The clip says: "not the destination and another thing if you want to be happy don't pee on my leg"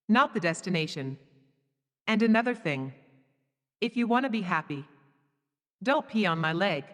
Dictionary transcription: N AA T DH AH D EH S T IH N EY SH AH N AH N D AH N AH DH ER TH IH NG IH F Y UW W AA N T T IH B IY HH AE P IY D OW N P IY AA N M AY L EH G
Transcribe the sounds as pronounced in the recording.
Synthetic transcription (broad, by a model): N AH T DH AH D EH S T IH N EY SH AH N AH N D AH N AH DH ER TH IH NG IH F Y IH W AA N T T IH B IY HH AE P IY D OW N P IY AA N M AY L EH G